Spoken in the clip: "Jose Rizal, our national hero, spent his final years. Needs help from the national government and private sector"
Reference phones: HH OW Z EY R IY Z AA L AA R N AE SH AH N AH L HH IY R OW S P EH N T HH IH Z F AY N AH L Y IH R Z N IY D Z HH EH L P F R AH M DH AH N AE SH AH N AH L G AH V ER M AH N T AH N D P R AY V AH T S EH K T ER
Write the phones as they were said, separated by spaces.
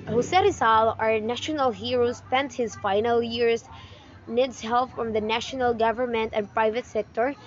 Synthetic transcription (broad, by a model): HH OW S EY R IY S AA L AA R N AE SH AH N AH L HH IY R OW S P EH N T HH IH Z F AY N AH L Y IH R S N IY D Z HH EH L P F R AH M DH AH N AE SH AH N AH L G AH V ER M AH N T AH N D P R AY V AH T S EH K T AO